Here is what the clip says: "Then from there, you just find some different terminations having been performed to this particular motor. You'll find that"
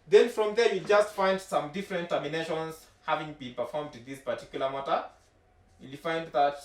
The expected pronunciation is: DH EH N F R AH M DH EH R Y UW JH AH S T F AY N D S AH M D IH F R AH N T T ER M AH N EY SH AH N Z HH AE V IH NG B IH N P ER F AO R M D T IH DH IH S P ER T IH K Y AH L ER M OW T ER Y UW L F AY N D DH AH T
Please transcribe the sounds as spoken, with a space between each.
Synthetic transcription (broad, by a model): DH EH N F R AH M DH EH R Y UW JH AH S T F AY N D S AH M D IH F R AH N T T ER M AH N EY SH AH N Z HH AE V IH NG B IH N P ER F AO R M D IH DH IH S P ER T IH K Y AH L ER M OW T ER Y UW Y F AY N D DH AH T